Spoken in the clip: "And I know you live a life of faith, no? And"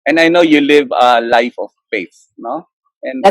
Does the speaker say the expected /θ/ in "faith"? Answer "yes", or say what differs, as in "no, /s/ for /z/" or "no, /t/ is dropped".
no, /s/ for /θ/